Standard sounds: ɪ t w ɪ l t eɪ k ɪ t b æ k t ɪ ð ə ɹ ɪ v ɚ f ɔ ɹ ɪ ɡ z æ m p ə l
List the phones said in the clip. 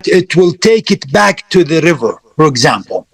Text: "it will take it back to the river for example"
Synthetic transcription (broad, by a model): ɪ t w ɪ l t eɪ k ɪ t b æ k t ɪ ð ə ɹ ɪ v ɚ f ɔ ɹ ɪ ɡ z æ m p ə l